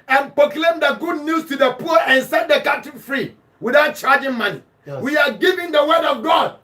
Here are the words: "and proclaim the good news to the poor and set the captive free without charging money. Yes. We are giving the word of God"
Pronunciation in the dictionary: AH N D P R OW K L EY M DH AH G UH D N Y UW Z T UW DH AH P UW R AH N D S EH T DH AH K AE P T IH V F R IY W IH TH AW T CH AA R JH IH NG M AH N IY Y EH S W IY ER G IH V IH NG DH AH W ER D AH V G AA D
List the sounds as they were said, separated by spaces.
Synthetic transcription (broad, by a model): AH N P R OW K L EY M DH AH G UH D N Y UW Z T UW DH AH P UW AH N S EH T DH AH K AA T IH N F R IY W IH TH AW T CH AA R JH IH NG M AH N IY W IY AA G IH V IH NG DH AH W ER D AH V G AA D